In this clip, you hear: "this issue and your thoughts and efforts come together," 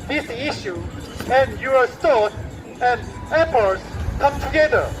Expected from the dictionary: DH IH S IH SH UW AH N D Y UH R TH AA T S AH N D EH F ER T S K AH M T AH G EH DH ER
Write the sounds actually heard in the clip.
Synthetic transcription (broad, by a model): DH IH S IH SH UW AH N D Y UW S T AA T AH N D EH P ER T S K AH M T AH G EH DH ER